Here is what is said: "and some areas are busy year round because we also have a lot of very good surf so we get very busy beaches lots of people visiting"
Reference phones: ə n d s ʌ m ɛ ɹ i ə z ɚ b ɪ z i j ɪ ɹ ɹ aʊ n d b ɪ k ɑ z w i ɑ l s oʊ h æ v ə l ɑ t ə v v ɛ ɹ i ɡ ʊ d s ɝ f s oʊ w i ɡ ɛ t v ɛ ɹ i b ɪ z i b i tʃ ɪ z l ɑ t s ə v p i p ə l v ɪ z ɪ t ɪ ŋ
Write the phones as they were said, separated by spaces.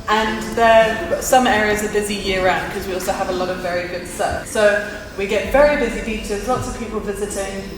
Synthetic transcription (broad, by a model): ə n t s ʌ m ɛ ɹ i ə z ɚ b ɪ z i j ɪ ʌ ɹ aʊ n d k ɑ z w i ɑ l s oʊ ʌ v ə l ɑ t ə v v ɛ ɹ i ɡ ʊ d s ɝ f s oʊ w i ɡ ɛ t v ɛ ɹ i b ɪ z i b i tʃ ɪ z l ɑ t s ə v p i p ə l v ɪ z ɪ t ɪ ŋ